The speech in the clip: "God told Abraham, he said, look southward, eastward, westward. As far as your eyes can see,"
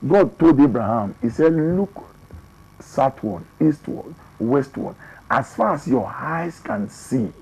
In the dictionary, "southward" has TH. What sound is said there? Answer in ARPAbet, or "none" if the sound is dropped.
T